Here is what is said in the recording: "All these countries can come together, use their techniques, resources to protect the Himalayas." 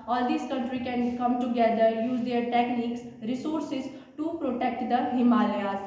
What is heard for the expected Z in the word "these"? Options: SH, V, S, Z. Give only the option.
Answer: S